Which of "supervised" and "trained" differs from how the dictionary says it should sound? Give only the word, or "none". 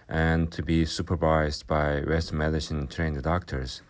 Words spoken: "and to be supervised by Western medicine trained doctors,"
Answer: none